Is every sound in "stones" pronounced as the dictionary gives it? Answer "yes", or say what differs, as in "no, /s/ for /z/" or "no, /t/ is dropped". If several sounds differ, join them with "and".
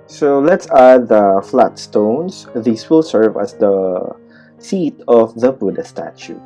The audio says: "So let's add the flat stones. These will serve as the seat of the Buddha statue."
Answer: no, /s/ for /z/